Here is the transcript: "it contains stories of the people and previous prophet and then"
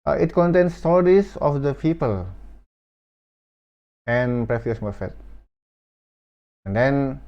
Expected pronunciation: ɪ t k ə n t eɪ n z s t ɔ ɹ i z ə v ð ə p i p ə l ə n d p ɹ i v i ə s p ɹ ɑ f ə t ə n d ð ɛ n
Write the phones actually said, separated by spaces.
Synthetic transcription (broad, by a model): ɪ t k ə n t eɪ n s t ɔ ɹ i s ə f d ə p i p ə l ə n p ɹ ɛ f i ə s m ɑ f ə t ə n d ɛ n